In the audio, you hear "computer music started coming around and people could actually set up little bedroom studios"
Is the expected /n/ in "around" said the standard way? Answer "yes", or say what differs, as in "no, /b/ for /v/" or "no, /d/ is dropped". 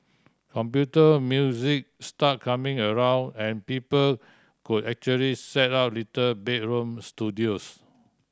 yes